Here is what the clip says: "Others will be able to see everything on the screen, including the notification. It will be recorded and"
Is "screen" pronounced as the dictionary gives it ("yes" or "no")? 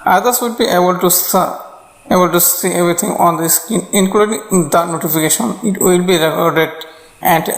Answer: no